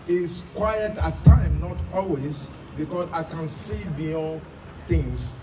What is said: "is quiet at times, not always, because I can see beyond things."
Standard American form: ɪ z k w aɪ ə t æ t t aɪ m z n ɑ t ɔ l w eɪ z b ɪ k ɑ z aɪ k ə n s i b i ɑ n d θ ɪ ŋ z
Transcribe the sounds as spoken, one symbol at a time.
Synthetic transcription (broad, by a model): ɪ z k w aɪ ə t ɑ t t aɪ m n ɑ t ɔ l w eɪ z b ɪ k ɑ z aɪ k ə n s i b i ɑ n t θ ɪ ŋ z